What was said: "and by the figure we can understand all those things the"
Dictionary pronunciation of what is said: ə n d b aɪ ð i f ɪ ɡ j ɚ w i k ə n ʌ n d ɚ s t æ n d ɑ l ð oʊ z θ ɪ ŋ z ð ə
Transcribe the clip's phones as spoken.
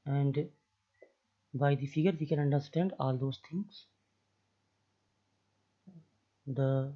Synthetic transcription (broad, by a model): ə n d b aɪ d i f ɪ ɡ ɚ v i k ə n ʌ n d ɚ s t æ n d ɑ l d oʊ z t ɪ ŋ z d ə